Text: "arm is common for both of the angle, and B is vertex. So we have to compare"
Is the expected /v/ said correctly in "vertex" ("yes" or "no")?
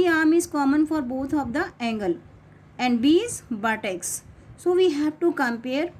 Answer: no